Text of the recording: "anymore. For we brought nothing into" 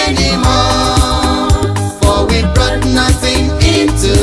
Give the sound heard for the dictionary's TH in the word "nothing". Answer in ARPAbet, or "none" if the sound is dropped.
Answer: TH